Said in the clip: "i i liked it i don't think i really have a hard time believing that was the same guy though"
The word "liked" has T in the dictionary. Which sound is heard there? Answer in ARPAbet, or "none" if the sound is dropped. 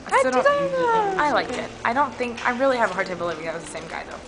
none